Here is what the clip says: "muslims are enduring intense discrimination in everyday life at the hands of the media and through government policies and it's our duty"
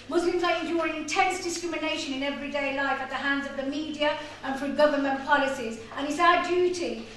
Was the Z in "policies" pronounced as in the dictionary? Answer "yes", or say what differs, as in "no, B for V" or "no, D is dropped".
yes